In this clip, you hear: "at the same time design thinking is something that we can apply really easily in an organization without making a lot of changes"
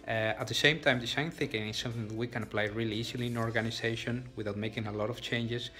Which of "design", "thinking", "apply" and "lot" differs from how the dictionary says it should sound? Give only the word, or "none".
design